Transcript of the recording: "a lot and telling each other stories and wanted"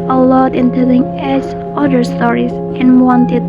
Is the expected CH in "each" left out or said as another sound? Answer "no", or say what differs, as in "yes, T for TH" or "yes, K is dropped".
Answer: yes, S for CH